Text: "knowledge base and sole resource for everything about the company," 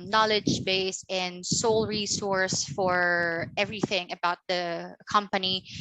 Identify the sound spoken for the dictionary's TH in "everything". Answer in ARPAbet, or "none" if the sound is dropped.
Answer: TH